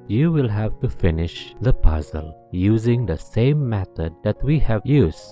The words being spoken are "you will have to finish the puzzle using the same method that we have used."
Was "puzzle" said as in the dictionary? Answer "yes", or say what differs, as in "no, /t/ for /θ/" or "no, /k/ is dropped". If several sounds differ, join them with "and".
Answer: yes